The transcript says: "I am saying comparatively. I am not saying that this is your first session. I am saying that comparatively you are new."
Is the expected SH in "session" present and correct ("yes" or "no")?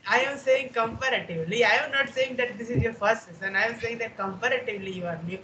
no